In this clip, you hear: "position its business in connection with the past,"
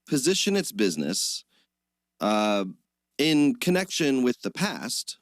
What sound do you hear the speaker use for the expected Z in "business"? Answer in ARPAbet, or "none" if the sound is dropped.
Z